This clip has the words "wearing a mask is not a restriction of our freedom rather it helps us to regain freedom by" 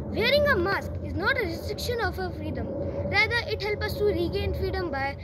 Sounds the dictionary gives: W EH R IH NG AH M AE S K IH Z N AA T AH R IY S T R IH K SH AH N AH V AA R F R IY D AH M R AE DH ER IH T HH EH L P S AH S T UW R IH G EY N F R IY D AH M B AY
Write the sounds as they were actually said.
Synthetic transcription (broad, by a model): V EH R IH NG AH M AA S K IH Z N AA T AH R IY S T R IH K SH AH N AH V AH F R IY D AH M R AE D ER IH T HH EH L P AH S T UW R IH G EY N F R IY D AH M B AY